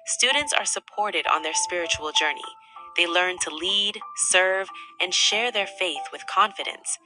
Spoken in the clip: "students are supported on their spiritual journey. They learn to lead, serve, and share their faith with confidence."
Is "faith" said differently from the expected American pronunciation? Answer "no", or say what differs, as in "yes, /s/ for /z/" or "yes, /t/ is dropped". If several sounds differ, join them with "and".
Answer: no